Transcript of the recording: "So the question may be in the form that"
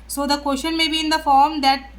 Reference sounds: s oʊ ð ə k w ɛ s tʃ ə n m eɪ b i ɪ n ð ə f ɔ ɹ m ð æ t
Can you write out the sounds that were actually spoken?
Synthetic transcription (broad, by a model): s oʊ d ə k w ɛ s ʃ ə n m eɪ b i ɪ n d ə f ɔ ɹ m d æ t